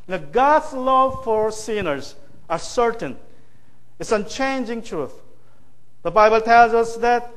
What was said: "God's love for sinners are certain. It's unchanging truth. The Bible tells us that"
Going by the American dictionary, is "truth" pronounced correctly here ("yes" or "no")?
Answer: yes